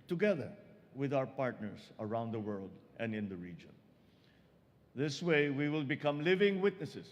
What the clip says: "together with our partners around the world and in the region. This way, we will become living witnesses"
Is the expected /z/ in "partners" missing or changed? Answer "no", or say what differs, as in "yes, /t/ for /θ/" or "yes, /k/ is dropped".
yes, /s/ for /z/